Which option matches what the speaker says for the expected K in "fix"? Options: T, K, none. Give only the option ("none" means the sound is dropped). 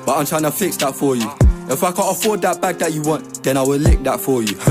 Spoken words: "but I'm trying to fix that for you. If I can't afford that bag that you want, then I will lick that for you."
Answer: K